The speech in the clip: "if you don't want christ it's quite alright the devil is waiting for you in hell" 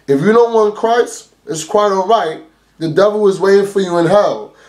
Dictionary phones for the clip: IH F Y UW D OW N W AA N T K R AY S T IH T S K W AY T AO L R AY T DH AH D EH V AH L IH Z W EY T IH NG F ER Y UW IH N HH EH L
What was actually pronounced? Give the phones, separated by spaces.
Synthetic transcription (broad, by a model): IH F Y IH D OW N W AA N K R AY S IH T S K W AY T AO L R AY T DH AH D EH V L IH Z W EY T IH NG F ER Y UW IH N HH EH L